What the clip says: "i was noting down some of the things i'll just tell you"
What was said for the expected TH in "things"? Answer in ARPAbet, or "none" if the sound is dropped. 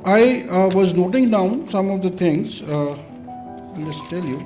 T